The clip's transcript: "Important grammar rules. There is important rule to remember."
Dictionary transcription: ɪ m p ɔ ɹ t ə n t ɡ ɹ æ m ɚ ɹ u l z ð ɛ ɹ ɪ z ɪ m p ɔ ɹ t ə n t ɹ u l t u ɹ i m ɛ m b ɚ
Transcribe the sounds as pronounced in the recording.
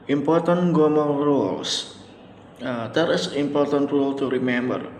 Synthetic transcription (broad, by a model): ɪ m p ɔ ɹ t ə n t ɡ ɔ m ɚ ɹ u l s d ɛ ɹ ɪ s ɪ m p ɔ ɹ t ə n t ɹ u l t u ɹ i m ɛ m b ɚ